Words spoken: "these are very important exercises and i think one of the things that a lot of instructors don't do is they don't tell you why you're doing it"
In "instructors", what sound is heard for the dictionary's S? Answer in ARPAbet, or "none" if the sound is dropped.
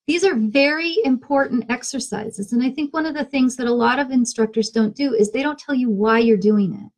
S